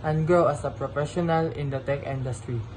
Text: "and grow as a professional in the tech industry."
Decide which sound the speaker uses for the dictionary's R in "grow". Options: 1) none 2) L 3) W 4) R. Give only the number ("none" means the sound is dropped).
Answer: 1